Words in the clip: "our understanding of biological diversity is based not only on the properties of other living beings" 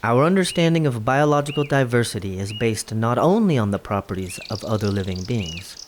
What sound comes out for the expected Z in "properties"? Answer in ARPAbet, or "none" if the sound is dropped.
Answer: Z